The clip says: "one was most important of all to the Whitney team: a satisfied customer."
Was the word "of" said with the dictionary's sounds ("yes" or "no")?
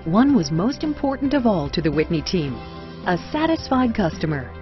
yes